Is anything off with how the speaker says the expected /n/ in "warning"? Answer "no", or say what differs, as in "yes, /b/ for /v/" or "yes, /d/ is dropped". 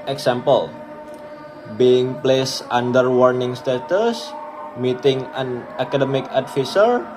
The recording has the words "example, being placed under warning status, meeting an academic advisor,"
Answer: no